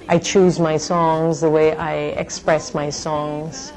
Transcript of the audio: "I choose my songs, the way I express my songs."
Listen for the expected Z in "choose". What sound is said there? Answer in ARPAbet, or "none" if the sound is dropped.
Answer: Z